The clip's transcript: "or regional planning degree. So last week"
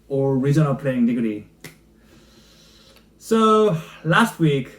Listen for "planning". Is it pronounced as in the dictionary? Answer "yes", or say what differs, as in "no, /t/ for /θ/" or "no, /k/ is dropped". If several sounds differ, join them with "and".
no, /n/ is dropped